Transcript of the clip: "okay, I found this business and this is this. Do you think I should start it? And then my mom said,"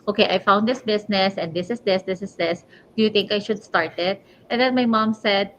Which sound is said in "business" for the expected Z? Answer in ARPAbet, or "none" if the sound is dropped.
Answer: S